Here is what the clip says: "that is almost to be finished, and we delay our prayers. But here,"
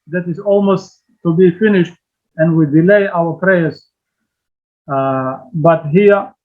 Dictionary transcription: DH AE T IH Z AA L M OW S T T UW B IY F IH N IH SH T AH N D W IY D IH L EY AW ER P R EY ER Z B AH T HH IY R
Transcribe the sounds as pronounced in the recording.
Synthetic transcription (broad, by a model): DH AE T IH Z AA L M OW S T T UW B IY F IH N IH SH T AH N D W IY D IH L EY AW ER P R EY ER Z B AH T HH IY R